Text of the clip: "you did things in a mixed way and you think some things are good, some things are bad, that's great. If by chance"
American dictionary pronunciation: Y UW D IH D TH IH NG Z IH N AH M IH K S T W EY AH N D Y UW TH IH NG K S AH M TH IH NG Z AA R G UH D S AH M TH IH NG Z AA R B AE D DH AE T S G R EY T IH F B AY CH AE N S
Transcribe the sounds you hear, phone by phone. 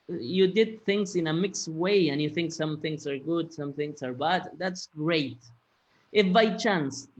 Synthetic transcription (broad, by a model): Y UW D IH D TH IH NG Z IH N AH M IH K S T W EY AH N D Y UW TH IH NG K S AH M TH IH NG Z AA R G UH D S AH M TH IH NG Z AA R B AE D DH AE T S G R EY T IH F B AY CH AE N S